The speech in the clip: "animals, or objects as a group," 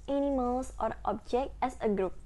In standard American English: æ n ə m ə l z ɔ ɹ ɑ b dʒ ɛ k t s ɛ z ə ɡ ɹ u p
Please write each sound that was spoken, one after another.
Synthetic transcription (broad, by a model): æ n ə m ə l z ɔ ɹ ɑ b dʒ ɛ k t ɛ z ə ɡ ɹ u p